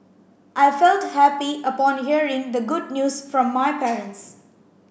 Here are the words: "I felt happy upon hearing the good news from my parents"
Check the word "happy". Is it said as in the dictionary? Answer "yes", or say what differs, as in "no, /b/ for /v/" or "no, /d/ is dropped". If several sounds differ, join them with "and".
yes